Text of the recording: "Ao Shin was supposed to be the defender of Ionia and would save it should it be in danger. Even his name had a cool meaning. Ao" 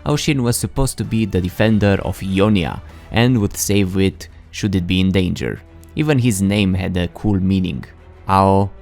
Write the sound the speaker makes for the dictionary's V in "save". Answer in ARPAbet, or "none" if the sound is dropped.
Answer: V